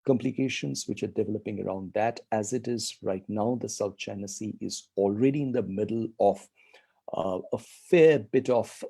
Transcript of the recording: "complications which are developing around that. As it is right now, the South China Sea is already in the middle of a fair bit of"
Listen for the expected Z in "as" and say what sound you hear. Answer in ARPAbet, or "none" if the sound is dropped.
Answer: Z